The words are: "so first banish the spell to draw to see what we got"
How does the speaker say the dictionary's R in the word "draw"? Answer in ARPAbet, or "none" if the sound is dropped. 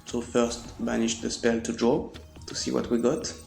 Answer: R